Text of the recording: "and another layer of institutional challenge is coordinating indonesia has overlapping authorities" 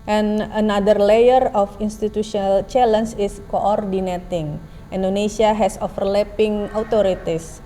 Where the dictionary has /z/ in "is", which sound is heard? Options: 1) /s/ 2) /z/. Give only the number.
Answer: 1